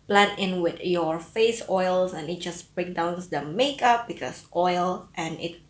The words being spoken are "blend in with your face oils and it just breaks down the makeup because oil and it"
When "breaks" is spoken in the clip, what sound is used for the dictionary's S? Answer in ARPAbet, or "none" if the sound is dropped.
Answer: none